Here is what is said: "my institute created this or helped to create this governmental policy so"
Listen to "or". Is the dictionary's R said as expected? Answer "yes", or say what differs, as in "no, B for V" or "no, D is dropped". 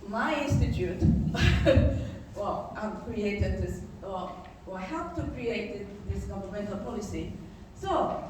no, W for R